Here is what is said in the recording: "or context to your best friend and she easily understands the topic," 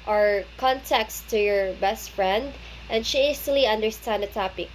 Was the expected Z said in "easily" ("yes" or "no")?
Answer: no